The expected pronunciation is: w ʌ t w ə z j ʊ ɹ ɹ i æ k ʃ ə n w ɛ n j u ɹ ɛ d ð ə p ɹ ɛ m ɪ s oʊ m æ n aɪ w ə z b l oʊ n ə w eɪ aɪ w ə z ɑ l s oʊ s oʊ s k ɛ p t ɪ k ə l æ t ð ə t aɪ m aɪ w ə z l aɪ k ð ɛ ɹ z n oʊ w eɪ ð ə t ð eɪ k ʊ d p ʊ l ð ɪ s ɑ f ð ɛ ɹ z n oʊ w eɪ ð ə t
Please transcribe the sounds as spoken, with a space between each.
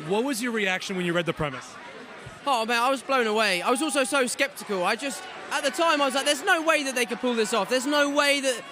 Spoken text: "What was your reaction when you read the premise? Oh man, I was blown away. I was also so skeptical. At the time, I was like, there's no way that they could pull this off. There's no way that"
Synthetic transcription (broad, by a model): w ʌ t w ə z j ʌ ɹ ɹ i æ k ʃ ə n w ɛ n j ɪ ɹ ɛ d ð ə p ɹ ɛ m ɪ s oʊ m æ aɪ w ə z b l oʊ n ə w eɪ aɪ w ə z ɑ l s oʊ s oʊ s k ɛ p t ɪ k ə l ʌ t ð ə t aɪ m aɪ w ə z l aɪ k ð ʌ ɹ z n oʊ w eɪ ð ə t ð eɪ k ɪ d p ʊ l ð ɪ s ɑ f ð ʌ ɹ z n oʊ w eɪ ð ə t